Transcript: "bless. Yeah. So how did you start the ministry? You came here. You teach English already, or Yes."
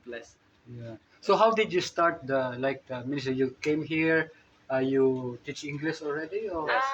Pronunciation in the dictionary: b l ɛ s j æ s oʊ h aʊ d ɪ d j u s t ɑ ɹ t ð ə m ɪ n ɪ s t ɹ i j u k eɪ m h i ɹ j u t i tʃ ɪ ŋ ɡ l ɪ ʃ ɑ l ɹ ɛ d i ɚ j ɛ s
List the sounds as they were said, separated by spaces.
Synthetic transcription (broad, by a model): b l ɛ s j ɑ s oʊ h aʊ d ɪ d j u s t ɑ ɹ t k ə m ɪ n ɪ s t i j u k eɪ m h i ɹ j u t i tʃ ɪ ŋ ɡ l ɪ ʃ ɑ l ɹ ɛ d i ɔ